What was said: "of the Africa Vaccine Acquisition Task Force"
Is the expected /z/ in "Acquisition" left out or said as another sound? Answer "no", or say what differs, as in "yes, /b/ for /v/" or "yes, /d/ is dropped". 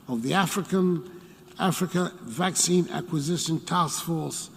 no